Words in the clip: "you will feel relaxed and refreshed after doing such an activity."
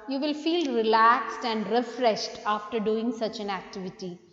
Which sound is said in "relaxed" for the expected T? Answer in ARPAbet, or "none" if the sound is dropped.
T